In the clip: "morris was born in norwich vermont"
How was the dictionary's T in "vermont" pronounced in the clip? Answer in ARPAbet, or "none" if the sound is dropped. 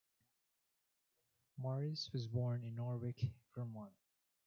none